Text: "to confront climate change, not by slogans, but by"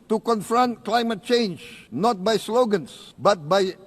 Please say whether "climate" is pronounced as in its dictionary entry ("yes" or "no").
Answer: yes